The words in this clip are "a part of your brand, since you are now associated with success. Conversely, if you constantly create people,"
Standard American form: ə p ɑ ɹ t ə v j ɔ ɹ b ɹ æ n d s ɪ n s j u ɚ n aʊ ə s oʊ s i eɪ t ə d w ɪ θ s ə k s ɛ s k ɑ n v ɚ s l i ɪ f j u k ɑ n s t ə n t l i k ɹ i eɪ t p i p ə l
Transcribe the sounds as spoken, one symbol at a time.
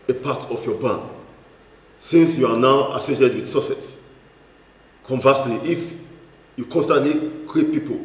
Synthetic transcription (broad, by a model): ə p ɑ t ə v j ɔ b ɑ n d s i n s j u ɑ n aʊ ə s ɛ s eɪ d w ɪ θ s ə s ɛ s k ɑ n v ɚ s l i ɪ f j u k ɑ n s t ə n t l i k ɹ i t p i p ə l